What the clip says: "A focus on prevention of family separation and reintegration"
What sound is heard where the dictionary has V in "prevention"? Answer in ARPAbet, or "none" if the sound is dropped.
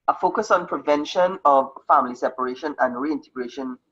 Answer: V